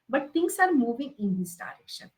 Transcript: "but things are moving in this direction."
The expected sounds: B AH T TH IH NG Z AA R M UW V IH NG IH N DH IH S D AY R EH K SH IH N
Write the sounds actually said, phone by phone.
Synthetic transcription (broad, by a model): B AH T T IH NG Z AA R M UW V IH NG IH N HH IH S D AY R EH K SH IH N